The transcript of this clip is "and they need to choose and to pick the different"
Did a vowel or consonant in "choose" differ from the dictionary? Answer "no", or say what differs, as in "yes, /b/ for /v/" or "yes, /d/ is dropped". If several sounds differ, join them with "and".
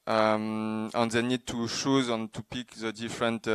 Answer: yes, /ʃ/ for /tʃ/